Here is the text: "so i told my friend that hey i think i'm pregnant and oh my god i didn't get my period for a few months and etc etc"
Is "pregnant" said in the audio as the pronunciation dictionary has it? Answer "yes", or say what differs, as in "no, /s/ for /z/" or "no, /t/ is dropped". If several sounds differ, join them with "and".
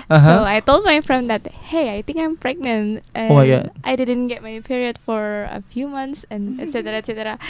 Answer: yes